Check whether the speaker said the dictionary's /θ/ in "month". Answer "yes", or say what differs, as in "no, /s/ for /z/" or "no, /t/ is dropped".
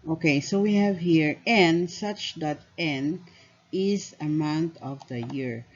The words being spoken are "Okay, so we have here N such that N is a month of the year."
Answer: no, /t/ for /θ/